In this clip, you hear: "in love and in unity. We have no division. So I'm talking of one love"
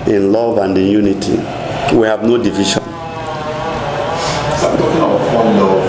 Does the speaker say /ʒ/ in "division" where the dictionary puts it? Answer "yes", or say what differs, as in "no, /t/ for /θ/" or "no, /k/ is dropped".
no, /ʃ/ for /ʒ/